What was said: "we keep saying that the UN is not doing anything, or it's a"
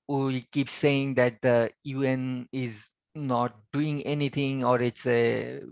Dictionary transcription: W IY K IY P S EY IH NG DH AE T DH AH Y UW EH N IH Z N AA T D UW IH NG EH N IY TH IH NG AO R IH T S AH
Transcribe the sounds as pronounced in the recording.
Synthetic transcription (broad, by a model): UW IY K IY P S EY IH NG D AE T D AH Y UW EH N IH Z N AA T D UW IH NG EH N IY T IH NG AO R IH T S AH